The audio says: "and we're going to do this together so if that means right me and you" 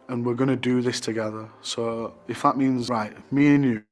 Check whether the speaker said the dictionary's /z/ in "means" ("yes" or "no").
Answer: yes